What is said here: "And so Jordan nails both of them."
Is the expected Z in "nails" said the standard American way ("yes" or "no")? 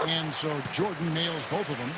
yes